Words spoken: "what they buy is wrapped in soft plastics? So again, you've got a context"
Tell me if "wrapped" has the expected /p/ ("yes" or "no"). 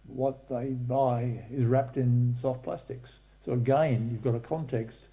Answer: yes